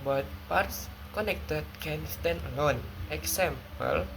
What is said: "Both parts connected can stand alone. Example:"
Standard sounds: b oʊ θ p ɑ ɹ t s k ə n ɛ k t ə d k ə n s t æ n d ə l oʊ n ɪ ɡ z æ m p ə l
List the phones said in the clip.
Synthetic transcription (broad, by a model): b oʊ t p ɑ ɹ t s k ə n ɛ k t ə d k ə n s t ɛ n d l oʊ n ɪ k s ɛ m p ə l